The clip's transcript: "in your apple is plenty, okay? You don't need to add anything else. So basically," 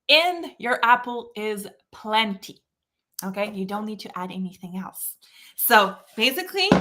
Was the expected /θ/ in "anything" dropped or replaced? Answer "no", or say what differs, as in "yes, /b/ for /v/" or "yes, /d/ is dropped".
no